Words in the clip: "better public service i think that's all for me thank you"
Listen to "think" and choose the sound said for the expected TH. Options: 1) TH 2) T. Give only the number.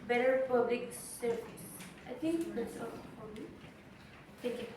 2